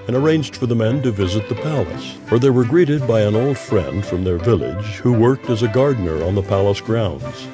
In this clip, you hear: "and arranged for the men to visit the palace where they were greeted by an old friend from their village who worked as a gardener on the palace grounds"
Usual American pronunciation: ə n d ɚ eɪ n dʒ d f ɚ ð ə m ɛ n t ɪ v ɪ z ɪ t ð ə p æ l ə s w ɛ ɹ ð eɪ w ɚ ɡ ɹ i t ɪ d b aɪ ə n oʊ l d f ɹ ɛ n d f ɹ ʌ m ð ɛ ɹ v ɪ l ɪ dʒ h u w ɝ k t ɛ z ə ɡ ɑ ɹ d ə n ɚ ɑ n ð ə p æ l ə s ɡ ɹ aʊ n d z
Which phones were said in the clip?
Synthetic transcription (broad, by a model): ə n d ɚ eɪ n dʒ d f ɚ ð ə m ɛ n t ɪ v ɪ z ɪ t ð ə p æ l ə s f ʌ ɹ ð eɪ w ɚ ɡ ɹ i t ɪ d b aɪ ə n oʊ l d f ɹ ɛ n d f ɹ ʌ m ð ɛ ɹ v ɪ l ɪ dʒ h u w ɝ k t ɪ z ə ɡ ɑ ɹ d n ɚ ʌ n ð ə p æ l ə s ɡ ɹ aʊ n d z